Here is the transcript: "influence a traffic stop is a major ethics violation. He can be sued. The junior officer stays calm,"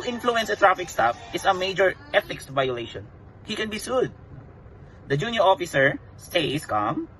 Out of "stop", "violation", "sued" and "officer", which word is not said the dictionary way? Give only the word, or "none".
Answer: stop